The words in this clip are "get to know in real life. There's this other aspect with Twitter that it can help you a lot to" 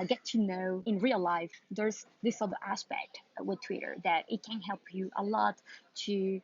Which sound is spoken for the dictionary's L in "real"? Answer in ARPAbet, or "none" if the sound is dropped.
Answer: L